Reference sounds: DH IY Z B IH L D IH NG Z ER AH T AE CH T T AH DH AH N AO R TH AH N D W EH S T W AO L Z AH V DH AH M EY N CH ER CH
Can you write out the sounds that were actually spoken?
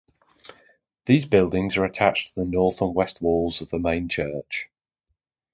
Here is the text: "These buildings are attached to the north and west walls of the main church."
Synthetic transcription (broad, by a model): DH IY Z B IH L D IH NG Z ER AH T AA CH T T AH DH AH N AO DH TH AH N W EH S T W AO L Z AH V DH AH M EY N CH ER CH